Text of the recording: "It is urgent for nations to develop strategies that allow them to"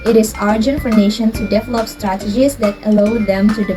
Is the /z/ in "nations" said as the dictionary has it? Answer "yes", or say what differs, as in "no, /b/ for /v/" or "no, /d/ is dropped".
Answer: no, /z/ is dropped